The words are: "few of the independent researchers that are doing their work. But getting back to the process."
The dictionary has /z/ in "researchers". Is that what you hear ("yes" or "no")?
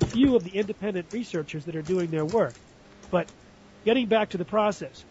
yes